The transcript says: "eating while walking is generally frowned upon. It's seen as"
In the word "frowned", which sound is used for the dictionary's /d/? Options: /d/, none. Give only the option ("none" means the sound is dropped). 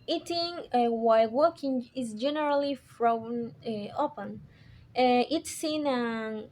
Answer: none